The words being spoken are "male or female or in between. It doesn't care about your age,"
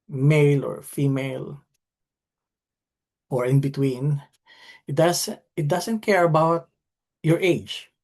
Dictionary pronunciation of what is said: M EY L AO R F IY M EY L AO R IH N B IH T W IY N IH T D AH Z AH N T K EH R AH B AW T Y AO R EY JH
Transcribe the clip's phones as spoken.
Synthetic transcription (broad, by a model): M EY L AO R F IY M EY L AO R IH N B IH T W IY N IH T D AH S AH N T K EH R AH B AW T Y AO R EY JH